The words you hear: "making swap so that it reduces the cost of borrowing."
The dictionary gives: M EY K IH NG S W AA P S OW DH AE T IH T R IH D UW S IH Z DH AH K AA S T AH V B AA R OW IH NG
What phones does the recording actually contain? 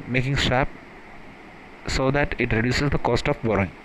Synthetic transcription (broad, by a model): M EY K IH NG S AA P S OW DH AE T IH T R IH D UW S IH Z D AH K AA S T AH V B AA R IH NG